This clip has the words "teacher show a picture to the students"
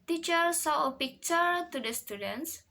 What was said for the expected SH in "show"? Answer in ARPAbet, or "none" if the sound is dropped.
S